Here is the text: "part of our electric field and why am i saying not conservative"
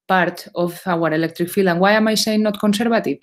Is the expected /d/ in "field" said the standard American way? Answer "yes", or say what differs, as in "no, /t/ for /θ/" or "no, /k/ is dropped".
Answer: no, /d/ is dropped